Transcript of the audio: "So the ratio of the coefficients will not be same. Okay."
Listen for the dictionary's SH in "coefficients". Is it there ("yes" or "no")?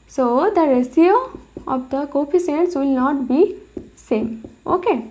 no